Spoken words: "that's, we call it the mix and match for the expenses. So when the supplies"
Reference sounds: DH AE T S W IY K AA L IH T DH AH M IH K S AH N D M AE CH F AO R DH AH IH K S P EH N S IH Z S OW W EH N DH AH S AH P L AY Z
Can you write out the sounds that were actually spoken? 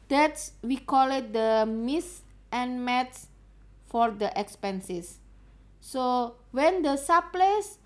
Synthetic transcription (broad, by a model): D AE T S W IY K AA L IH T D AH M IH S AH N M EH S F AO R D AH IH K S P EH N S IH S OW W EH N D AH S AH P L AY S